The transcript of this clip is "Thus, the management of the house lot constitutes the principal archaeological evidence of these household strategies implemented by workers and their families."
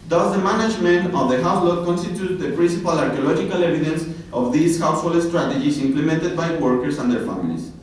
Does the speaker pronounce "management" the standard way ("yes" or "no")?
yes